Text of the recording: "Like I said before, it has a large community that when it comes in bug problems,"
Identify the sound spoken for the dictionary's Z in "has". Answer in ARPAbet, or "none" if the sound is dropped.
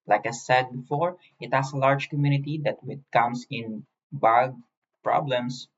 S